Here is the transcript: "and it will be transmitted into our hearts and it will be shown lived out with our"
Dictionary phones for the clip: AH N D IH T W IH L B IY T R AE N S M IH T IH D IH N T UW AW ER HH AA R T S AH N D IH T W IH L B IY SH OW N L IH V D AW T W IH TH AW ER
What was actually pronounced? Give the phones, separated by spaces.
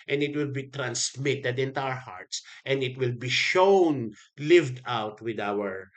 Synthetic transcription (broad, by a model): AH N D IH T W IH L B IY T R AE N S M IH T IH D IH N T UW AW ER HH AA R T S AH N D IH T W IH L B IY SH OW N L IH V D AW T W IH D AW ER